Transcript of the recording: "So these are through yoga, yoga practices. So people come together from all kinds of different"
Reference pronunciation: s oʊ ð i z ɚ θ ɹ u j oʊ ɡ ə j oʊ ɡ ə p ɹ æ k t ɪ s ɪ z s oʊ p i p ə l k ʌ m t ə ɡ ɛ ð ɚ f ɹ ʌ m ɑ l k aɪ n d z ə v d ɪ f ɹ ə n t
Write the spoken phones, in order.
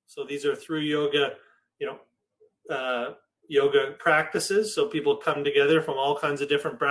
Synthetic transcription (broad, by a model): s oʊ ð i z ɚ θ ɹ u j oʊ ɡ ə j oʊ ɡ ə p ɹ æ k t ɪ s ɪ z s oʊ p i p l k ʌ m t ə ɡ ɛ ð ɚ f ɹ ʌ m ɑ l k aɪ n d z ə v d ɪ f ɹ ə n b